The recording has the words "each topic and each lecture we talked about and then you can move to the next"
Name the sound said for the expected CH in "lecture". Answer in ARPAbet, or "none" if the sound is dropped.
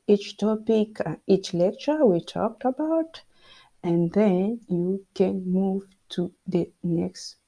CH